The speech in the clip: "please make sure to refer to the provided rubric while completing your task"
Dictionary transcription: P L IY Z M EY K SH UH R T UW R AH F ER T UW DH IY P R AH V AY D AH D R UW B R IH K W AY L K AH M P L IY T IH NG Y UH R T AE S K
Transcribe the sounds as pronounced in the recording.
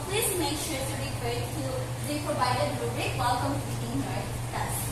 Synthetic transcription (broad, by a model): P L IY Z M EY K SH UH R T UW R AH P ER T UW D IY P R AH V AY D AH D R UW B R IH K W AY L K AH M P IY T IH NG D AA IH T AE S